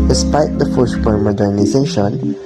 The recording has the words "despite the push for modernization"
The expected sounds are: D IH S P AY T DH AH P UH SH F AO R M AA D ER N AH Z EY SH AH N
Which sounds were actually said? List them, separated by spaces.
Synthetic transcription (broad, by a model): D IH S P AY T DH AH F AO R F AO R M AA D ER N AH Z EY SH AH N